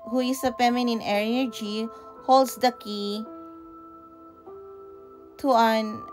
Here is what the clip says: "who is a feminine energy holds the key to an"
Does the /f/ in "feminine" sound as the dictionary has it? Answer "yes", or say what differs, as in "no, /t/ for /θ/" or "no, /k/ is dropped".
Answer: no, /p/ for /f/